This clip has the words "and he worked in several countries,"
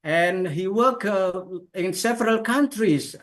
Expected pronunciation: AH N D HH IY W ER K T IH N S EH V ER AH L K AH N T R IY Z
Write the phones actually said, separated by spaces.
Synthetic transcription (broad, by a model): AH N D HH IY W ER K IH N S EH V ER AH L K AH N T R IY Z